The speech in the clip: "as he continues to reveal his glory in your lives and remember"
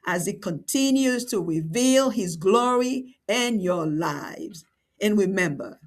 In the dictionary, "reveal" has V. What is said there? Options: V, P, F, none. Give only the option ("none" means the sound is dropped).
V